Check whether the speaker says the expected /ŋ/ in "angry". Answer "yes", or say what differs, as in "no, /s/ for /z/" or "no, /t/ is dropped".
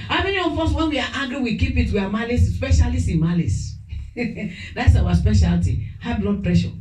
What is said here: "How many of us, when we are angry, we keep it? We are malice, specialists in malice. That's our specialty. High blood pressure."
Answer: no, /ŋ/ is dropped